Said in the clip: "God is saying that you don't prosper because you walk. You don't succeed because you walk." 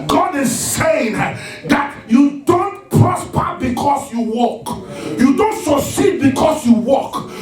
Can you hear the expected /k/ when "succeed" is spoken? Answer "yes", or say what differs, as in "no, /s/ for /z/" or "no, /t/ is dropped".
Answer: no, /k/ is dropped